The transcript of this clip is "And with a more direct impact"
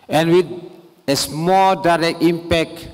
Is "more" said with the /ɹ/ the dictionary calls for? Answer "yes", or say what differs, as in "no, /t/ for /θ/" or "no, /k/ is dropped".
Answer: no, /l/ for /ɹ/